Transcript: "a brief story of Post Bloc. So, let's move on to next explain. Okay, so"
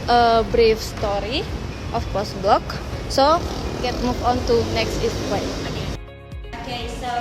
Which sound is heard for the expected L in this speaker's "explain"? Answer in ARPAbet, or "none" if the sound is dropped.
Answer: W